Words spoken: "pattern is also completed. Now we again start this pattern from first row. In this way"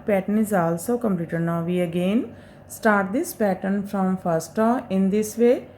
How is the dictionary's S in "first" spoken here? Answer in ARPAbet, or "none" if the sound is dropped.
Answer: S